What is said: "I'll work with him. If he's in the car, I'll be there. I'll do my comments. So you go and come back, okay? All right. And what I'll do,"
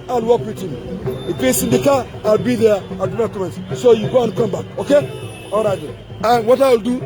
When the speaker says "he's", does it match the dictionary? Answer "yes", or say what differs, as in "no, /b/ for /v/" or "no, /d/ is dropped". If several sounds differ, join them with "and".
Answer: no, /s/ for /z/